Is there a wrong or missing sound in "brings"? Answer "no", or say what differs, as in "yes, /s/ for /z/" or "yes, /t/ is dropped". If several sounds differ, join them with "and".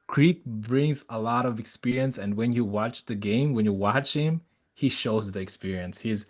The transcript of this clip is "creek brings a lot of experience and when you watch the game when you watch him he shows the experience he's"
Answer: no